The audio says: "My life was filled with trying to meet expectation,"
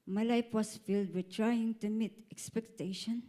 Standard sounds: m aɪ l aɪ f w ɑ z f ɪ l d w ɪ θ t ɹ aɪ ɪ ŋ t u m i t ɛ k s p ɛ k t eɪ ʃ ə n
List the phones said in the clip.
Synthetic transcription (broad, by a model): m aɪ l aɪ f w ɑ s f ɪ l d w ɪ t ɹ aɪ ɪ ŋ t u m i t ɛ k s p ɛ k t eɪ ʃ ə n